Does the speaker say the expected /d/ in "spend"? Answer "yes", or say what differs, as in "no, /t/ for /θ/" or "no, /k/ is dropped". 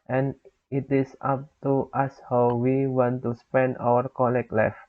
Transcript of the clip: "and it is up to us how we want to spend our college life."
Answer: yes